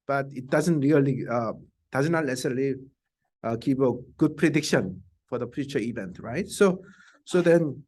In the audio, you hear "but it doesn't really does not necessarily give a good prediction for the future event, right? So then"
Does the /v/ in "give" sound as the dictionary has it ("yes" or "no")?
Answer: no